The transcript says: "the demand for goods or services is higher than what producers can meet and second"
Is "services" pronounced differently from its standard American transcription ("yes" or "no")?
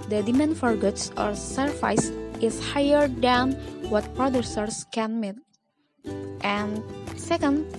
yes